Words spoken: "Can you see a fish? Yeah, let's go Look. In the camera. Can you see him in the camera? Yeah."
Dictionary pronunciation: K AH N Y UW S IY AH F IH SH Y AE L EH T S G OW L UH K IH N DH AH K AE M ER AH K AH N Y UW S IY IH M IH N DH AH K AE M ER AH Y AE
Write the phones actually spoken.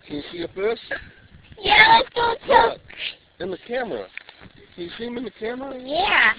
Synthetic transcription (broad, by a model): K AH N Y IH S IY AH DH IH S Y AE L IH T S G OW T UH K IH N DH AH K AE M ER AH K AH N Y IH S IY IH M IH N DH AH K AE M ER AH Y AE